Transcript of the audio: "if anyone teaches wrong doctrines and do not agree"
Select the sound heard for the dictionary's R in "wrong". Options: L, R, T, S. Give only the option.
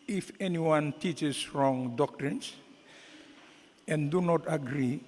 R